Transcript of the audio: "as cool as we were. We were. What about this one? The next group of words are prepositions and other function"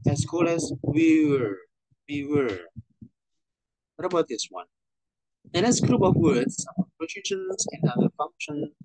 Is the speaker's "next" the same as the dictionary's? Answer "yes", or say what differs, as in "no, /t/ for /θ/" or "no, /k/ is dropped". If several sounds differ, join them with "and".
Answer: no, /k/ is dropped